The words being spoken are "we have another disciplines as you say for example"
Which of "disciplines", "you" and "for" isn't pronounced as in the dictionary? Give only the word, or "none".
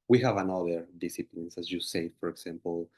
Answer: disciplines